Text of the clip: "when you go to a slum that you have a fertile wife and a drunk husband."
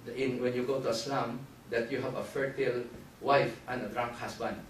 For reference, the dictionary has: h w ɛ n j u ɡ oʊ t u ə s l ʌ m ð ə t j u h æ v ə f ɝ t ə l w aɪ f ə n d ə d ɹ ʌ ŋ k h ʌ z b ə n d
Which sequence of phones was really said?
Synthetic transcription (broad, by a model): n w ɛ n j u ɡ oʊ t u ə s l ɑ m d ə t j u h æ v ə f ɝ t ə l w aɪ f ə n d ə d ɹ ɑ ŋ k h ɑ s b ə n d